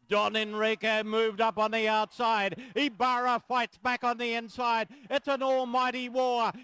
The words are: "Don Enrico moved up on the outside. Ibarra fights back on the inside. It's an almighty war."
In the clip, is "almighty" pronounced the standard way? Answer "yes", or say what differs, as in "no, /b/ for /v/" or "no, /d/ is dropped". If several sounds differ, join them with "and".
yes